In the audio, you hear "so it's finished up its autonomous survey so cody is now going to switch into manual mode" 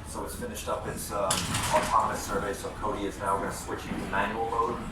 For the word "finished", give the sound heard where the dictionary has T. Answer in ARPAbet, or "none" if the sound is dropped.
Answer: T